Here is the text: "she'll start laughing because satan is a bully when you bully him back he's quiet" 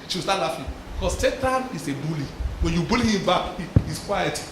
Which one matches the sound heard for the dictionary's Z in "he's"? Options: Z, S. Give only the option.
S